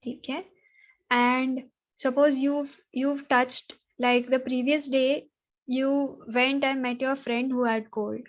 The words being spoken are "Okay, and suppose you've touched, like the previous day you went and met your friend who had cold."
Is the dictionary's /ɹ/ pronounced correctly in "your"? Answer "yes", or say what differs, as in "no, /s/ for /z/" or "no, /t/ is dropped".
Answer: yes